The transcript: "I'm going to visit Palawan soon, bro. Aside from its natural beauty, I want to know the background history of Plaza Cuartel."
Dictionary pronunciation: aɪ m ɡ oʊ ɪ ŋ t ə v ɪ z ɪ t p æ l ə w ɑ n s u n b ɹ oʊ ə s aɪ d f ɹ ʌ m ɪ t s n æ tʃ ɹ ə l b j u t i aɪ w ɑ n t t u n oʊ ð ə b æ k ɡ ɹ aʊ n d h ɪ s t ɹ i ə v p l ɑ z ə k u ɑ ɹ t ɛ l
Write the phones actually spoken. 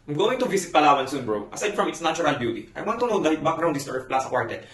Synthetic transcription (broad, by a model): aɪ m ɡ oʊ ɪ ŋ t ə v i s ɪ t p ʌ l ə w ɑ n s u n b ɹ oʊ ə s aɪ d f ɹ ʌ m ɪ t s n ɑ tʃ ɹ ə l b j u t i aɪ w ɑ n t t u n oʊ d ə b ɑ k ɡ ɹ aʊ n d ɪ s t i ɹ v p l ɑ s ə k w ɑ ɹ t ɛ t